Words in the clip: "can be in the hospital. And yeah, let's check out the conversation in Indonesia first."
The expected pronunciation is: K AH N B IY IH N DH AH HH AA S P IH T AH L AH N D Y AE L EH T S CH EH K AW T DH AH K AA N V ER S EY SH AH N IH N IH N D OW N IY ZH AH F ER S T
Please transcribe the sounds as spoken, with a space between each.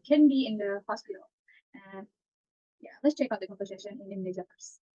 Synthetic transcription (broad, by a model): K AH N B IY IH N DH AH HH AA S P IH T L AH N Y AE L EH T S CH EH K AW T DH AH K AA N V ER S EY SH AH N IH N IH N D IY Z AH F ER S